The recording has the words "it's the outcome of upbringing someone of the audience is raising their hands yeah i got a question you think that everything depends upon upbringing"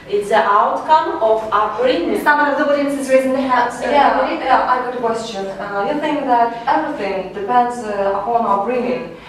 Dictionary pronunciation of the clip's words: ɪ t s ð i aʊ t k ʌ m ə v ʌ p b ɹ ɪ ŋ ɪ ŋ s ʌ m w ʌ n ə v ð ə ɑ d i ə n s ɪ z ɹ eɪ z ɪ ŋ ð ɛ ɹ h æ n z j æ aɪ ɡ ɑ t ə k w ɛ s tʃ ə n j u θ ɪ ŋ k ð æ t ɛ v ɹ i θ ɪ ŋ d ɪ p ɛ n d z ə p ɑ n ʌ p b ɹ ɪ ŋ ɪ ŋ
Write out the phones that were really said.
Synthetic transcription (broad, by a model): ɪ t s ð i aʊ t k ʌ m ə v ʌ b ɹ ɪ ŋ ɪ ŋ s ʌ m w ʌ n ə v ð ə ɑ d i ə s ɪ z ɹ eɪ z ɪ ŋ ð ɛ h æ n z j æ aɪ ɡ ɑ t k w ɛ s tʃ ə n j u θ ɪ ŋ k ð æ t ɛ v ɹ i θ ɪ ŋ d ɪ p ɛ n d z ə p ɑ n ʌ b ɹ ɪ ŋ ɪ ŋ